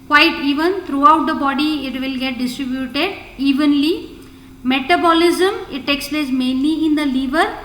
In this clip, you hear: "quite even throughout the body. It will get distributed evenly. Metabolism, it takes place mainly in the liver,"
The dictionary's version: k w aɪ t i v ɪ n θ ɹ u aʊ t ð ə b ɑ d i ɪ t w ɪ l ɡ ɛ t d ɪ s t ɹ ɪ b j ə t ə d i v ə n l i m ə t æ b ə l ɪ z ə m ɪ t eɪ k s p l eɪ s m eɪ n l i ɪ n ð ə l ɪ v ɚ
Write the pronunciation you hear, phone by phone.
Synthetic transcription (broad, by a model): k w aɪ t i v ɪ n t ɹ u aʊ t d ə b ɑ d i ɪ t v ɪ l ɡ ɛ t d ɪ s t ɹ ɪ b j ə t ə d i v ə n l i m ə t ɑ b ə l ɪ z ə m ɪ t eɪ k s p l eɪ s m eɪ n l i ɪ n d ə l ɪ v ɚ